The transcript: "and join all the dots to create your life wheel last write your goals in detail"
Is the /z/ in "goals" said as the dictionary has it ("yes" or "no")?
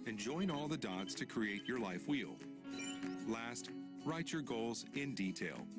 yes